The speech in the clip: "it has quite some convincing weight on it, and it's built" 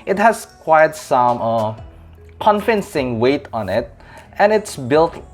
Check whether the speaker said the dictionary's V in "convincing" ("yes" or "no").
no